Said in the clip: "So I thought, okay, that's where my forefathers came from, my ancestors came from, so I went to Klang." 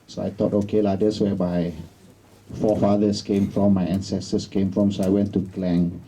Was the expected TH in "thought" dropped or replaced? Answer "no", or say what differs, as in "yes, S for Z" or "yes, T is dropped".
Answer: yes, T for TH